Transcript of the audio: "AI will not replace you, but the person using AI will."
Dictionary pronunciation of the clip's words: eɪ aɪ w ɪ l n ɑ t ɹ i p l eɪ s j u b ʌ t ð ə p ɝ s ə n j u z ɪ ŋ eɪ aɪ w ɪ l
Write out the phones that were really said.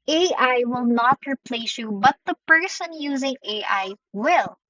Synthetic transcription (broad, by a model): eɪ aɪ w ɪ l n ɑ t ɹ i p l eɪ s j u b ʌ t ð ə p ɝ s ə n j u z ɪ ŋ eɪ aɪ w ɪ l